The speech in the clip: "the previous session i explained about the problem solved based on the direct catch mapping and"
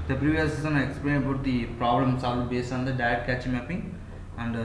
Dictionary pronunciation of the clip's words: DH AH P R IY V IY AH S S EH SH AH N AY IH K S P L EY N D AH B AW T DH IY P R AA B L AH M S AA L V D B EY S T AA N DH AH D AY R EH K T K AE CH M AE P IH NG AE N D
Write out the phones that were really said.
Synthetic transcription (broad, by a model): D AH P R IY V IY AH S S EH S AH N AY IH K S P L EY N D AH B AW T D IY P R AA B L AH M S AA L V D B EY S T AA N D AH D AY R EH T K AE CH M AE P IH NG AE N D